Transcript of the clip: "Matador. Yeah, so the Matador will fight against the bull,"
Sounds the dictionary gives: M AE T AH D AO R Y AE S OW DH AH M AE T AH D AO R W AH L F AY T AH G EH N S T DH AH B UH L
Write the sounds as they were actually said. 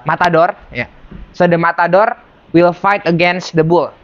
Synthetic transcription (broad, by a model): M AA T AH D AO R Y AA S OW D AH M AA T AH D AO R W AH L F AY T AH G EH N S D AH B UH L